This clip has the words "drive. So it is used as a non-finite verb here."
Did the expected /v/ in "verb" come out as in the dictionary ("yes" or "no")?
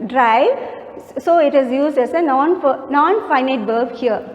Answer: no